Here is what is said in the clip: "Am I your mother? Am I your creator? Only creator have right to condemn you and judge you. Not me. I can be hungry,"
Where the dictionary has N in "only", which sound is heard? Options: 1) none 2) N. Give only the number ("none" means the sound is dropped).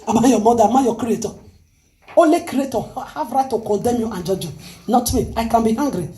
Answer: 1